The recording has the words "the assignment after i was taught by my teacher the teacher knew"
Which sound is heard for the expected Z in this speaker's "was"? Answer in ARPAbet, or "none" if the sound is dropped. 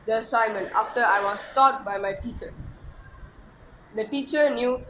S